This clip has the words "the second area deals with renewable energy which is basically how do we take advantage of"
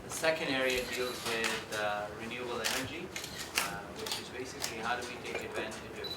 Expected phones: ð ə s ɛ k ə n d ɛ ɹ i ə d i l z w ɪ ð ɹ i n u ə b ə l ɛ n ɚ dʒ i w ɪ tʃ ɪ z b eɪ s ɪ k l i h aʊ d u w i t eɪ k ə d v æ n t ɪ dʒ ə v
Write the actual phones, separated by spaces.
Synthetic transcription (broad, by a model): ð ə s ɛ k ə n d ɛ ɹ i ə d i l z w ɪ ð ɹ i n u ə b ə l ɛ n ɚ dʒ i w ɪ tʃ ɪ z b eɪ s ɪ k l i h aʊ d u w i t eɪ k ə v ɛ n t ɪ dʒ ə